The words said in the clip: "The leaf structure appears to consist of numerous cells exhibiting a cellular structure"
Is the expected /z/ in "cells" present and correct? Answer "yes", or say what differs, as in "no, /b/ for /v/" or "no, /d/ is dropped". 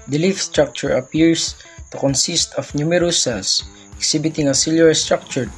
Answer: no, /s/ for /z/